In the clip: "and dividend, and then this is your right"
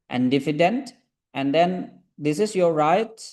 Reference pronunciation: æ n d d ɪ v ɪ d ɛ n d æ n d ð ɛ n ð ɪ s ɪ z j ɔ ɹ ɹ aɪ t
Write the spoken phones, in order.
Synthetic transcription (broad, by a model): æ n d d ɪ f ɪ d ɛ n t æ n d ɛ n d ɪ s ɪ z j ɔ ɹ ɹ aɪ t